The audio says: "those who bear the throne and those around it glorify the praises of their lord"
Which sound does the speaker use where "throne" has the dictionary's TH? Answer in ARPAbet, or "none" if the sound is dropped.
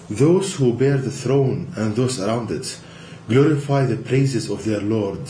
TH